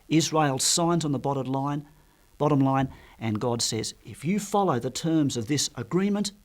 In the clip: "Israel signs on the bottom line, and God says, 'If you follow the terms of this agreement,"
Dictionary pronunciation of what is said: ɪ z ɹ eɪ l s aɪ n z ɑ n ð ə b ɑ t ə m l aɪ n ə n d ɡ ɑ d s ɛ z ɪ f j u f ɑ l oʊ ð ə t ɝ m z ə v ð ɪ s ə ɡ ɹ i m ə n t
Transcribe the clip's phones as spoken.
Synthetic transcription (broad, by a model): ɪ z ɹ eɪ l s aɪ n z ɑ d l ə b ɑ t ə m l aɪ n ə n ɡ ɑ d s ɛ z ɪ f j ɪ f ɑ l oʊ ð ə t ɝ m z ə v ð ɪ s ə ɡ ɹ i m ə n t